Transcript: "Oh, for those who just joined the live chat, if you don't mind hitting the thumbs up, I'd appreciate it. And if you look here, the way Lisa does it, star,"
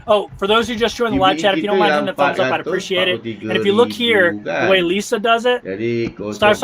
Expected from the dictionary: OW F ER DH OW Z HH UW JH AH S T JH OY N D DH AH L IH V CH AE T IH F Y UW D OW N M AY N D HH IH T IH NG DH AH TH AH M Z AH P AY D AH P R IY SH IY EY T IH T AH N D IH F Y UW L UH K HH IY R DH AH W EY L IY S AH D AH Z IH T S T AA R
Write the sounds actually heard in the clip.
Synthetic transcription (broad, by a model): OW F ER DH OW Z HH UW JH AH S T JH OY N DH AH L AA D CH AE T IH F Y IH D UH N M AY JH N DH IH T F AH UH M Z AH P AY AH P R IY SH IY EY T IH T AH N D IH F Y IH L UH K HH IY R DH AH W EY L IY S AH D AH Z IH T S T AA R